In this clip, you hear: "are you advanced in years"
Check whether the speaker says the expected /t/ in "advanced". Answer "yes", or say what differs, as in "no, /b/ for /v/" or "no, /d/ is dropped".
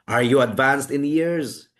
yes